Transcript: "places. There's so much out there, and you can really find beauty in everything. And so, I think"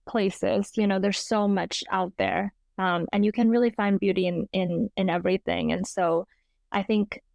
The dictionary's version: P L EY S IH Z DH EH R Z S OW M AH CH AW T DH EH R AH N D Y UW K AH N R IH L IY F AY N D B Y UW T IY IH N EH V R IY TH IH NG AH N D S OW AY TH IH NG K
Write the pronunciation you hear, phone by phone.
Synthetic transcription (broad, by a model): P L EY S IH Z DH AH R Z S OW M AH CH AW T DH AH R AH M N Y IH K AH N R IH L IY F AY N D B Y UW T IY IH N EH V R IY TH IH NG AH N S OW AY TH IH NG K